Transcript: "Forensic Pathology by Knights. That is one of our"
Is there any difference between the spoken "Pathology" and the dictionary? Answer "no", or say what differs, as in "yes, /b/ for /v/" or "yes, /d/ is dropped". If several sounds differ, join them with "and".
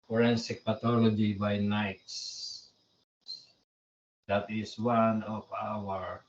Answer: yes, /t/ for /θ/